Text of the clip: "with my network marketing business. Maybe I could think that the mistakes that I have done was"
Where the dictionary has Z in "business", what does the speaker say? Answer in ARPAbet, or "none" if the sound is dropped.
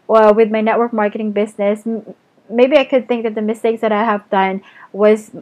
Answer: Z